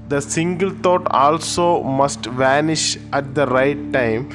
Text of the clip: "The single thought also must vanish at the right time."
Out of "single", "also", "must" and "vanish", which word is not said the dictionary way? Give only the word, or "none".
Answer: none